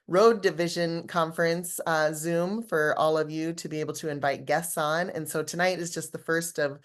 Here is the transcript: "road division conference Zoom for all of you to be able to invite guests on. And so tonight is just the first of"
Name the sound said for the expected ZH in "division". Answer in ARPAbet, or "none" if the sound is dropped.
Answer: ZH